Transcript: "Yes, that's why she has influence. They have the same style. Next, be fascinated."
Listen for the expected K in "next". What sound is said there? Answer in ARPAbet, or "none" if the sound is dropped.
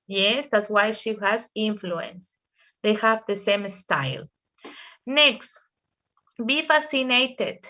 K